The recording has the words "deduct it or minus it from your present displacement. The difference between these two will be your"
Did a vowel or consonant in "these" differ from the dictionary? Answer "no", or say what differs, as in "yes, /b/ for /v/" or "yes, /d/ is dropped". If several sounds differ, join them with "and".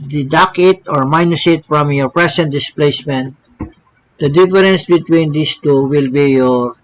yes, /s/ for /z/